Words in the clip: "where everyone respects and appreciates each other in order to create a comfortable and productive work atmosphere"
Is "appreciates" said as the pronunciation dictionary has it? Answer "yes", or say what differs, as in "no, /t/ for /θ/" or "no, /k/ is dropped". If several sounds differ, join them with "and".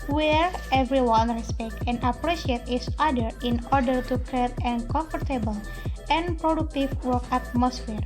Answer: no, /s/ is dropped